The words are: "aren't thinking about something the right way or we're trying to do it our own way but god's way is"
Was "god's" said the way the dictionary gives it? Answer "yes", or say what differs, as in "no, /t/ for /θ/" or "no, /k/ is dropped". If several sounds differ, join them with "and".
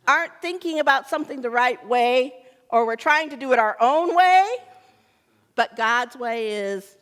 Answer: yes